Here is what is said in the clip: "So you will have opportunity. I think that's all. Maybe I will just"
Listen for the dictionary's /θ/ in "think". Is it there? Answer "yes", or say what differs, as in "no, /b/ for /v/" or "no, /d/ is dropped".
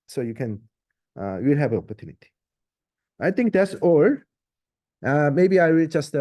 no, /t/ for /θ/